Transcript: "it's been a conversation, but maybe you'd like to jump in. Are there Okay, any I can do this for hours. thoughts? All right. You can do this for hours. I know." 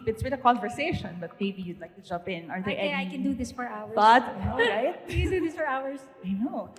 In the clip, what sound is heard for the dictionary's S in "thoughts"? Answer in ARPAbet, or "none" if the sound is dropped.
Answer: none